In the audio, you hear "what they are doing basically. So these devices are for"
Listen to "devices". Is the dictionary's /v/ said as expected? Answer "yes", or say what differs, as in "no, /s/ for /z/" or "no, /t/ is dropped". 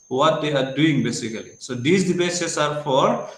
no, /b/ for /v/